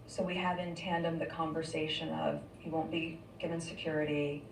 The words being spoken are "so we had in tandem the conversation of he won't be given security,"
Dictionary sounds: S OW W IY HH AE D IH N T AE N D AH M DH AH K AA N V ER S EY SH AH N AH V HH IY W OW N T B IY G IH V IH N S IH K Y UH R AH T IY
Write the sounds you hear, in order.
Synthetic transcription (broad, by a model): S OW W IY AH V IH N T AE N D AH M DH AH K AA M V ER S EY SH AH N AH V HH IY W OW N B IY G IH V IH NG S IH K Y UH R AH T IY